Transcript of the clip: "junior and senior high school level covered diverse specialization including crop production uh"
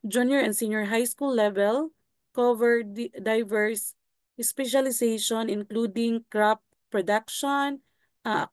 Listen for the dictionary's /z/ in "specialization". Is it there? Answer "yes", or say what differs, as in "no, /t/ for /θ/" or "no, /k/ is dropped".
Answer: no, /s/ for /z/